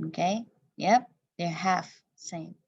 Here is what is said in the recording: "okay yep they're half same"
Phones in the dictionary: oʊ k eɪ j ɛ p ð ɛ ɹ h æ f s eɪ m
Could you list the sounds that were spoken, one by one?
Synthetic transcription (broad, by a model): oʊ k eɪ j ɛ p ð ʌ ɹ h æ f s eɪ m